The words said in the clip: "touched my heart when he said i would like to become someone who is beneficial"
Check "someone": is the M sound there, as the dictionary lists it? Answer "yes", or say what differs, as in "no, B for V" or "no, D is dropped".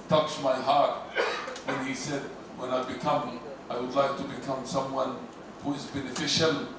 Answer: yes